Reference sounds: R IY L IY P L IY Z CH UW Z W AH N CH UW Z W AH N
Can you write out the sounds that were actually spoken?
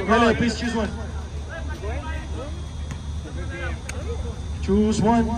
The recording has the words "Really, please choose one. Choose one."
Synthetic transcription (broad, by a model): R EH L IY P IY S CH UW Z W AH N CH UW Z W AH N